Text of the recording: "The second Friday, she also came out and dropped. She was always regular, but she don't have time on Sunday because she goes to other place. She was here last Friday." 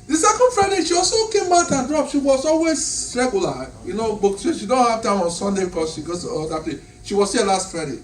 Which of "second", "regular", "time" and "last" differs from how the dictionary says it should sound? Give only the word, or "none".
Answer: regular